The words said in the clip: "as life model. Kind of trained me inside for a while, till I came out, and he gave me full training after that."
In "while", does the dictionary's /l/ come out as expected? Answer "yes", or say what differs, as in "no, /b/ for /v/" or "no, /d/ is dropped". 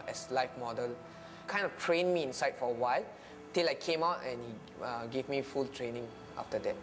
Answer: yes